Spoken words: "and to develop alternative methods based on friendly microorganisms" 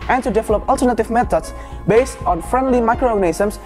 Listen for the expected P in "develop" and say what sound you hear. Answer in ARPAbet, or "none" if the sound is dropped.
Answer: P